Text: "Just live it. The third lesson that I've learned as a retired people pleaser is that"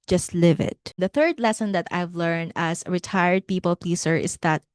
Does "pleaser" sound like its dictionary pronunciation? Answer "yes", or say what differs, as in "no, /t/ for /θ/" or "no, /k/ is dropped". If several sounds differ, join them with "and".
no, /s/ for /z/